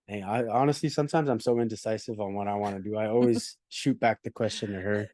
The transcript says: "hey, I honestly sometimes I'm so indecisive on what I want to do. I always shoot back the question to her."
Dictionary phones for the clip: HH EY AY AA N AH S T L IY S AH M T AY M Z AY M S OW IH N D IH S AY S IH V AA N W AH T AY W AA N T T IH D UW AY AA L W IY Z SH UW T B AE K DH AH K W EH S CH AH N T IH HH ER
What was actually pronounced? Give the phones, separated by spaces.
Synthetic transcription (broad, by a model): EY AY AA N AH S T L IY S AH M T AY M Z AY M S OW IH N D IH S AY S IH V N W AH T AY W AA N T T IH D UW AY AA L W IY Z SH UW T B AE K DH AH K W EH S CH AH N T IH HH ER